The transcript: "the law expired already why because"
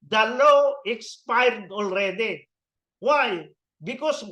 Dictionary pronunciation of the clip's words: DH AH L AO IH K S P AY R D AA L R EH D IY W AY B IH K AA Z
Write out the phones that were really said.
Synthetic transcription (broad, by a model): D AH L AO IH K S P AY R D AA L R EH D IY W AY B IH K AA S